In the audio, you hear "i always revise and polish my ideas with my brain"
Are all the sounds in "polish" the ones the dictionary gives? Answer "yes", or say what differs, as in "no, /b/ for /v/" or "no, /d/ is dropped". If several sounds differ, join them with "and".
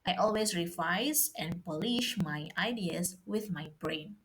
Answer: yes